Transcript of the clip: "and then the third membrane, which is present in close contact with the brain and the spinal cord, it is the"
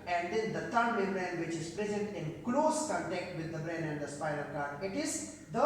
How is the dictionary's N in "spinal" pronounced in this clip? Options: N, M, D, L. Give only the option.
L